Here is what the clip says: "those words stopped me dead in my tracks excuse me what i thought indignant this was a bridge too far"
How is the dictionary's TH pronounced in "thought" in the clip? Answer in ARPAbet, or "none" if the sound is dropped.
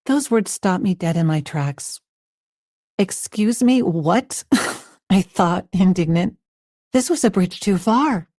TH